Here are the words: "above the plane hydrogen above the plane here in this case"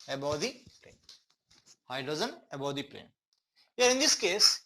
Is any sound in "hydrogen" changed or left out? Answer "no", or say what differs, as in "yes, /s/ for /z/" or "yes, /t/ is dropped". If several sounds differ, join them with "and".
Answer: yes, /ɹ/ is dropped and /z/ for /dʒ/